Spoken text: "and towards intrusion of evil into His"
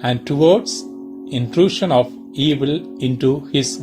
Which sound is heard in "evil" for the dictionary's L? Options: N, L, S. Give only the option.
L